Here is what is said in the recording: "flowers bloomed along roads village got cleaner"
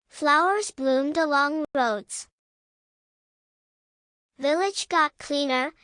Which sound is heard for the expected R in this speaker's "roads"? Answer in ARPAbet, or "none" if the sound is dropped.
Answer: R